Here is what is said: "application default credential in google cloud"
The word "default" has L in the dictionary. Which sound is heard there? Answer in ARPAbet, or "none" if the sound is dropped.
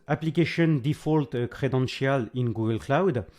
L